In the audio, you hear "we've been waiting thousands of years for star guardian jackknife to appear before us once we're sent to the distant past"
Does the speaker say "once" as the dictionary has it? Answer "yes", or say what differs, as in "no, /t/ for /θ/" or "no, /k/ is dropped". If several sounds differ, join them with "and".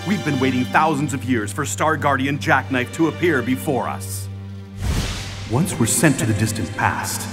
yes